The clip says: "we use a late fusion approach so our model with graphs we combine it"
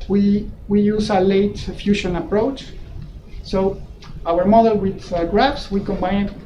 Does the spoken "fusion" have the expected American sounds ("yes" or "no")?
no